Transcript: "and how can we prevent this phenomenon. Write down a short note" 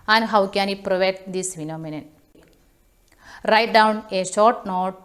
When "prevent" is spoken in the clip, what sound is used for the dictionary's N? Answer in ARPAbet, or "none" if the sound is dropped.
none